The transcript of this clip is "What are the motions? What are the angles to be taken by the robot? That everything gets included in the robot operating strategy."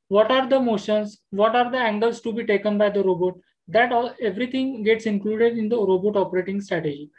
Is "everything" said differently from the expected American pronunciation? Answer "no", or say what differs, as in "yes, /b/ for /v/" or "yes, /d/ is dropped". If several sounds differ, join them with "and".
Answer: yes, /t/ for /θ/